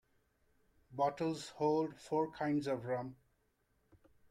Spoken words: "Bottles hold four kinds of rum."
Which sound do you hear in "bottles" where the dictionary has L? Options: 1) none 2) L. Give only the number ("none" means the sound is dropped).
2